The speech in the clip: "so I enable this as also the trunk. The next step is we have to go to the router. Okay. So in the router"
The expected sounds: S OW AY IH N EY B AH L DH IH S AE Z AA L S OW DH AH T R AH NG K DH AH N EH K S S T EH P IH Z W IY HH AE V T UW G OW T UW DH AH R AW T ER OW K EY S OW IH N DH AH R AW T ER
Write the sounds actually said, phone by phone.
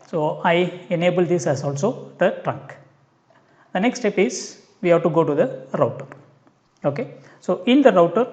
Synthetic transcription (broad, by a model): S OW AY IH N EY B AH L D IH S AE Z AA L S OW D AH T R AH NG K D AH N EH K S S T EH P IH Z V IY HH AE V T UW G OW T UW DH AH R AW T ER OW K EY S OW IH N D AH R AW T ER